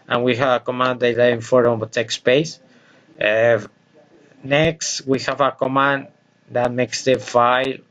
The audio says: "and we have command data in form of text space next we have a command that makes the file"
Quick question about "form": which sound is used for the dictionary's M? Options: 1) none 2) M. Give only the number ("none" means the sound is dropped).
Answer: 1